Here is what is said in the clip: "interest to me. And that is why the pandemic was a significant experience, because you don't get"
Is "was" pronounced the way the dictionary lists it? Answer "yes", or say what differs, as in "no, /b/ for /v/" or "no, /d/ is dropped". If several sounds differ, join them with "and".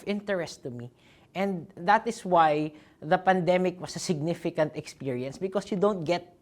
no, /s/ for /z/